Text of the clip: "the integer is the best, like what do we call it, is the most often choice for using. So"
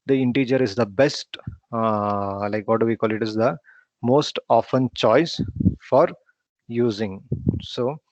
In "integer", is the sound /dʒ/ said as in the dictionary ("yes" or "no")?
yes